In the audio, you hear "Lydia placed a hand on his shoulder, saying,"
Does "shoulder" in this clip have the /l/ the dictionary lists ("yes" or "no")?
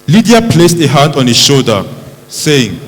no